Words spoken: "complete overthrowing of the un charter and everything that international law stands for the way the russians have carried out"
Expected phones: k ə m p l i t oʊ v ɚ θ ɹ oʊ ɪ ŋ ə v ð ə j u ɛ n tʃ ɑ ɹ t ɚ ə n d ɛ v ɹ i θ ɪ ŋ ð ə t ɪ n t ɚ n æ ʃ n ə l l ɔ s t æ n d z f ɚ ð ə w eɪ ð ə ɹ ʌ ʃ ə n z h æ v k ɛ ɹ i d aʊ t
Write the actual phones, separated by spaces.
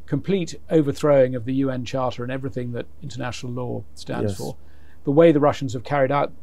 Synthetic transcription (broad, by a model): k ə m p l i t oʊ v ɚ θ ɹ oʊ ɪ ŋ ə v ð ə j u ɛ n tʃ ɑ ɹ t ɚ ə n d ɛ v ɹ i θ ɪ ŋ ð ə t ɪ n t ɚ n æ ʃ n l l ɔ s t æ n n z f ɚ ð ə w eɪ ð ə ɹ ʌ ʃ n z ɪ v k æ ɹ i d aʊ t